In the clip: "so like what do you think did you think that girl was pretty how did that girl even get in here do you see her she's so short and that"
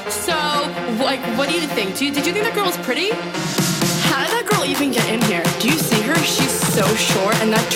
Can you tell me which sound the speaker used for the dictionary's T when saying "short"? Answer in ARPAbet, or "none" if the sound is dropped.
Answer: none